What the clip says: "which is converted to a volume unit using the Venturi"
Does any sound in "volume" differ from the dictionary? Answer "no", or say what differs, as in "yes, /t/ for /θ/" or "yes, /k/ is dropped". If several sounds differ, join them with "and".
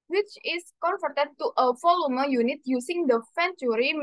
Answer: yes, /f/ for /v/